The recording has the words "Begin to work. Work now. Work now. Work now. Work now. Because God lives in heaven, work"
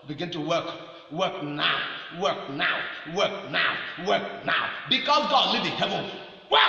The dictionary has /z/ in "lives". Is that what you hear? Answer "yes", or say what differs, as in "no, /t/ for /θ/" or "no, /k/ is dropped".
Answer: no, /z/ is dropped